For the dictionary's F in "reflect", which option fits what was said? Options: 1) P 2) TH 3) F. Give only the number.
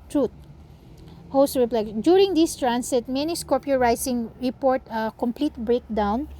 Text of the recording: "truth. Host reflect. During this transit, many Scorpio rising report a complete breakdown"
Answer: 1